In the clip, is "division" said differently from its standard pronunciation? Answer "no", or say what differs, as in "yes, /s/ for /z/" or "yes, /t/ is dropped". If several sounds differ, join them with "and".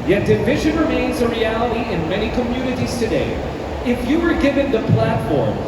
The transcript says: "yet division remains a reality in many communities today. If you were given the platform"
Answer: no